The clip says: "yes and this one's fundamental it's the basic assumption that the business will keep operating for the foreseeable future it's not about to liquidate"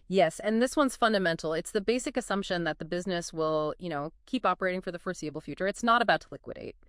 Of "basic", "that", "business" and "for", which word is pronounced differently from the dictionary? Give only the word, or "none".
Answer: none